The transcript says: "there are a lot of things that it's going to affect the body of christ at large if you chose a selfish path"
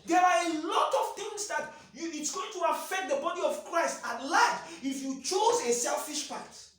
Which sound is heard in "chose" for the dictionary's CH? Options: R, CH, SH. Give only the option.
CH